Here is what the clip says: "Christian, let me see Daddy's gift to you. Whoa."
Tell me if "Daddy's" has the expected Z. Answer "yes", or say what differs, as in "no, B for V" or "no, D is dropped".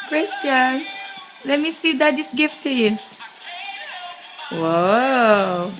no, S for Z